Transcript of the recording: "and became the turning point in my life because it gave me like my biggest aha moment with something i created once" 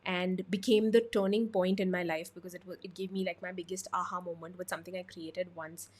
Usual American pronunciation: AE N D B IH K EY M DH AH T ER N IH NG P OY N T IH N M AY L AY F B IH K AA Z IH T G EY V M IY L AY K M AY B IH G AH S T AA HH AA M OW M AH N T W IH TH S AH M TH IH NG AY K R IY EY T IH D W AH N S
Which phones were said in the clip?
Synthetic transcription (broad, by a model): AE N D B IH K EY M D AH T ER N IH NG P OY N T IH N M AY L AY F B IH K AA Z IH T G EY V M IY L AY K M AY B IH G AH S T AA HH AA M OW M AH N T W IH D S AH M T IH NG AY K R IY EY T IH D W AH N S